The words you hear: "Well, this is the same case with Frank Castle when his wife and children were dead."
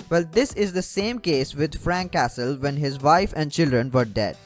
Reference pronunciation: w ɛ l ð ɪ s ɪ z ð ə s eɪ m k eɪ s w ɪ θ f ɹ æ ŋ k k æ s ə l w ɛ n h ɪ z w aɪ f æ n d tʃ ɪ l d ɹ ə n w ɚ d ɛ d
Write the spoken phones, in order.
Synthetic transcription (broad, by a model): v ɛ l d ɪ s ɪ z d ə s eɪ m k eɪ s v ɪ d f ɹ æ ŋ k k æ s ə l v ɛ n h ɪ z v aɪ f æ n d tʃ ɪ l d ɹ ə n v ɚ d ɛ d